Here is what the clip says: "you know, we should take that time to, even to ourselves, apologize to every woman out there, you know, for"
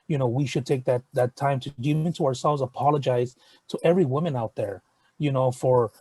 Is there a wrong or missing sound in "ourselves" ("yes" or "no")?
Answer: no